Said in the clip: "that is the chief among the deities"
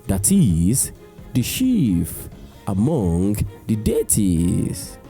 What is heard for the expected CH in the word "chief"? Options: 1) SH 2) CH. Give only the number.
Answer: 1